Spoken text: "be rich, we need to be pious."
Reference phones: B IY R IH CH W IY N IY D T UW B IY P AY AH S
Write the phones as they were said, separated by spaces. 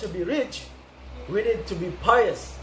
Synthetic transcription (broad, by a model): B IY R IH CH W IY N IY D T UW B IY P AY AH S